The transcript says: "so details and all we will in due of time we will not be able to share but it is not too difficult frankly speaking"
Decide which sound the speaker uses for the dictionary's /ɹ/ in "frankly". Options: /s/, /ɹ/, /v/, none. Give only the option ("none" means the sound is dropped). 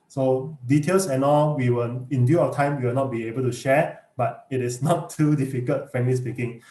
none